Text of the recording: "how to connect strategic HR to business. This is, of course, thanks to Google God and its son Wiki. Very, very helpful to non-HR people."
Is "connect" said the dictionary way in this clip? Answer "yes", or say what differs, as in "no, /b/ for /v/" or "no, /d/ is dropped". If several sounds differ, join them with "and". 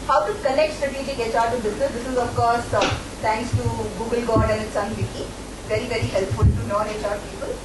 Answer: no, /l/ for /n/